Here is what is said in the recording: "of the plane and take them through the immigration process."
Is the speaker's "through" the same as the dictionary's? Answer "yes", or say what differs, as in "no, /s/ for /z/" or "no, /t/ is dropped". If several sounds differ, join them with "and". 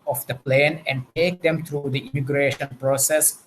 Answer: no, /t/ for /θ/